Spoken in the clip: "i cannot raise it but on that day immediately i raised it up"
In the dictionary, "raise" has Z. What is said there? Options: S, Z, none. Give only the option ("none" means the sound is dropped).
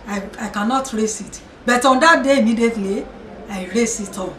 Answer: S